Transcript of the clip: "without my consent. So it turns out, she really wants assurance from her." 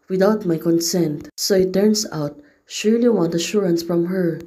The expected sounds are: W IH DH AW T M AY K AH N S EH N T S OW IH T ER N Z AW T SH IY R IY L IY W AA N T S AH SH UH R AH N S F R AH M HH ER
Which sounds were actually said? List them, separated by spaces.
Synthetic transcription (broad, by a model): W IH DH AW T M AY K AH N S EH N T S OW IH T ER N S AW T SH IY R L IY W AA N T AH SH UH R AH N S F R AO M HH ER